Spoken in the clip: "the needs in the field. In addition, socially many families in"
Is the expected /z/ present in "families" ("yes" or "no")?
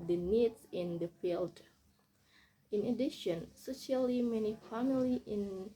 no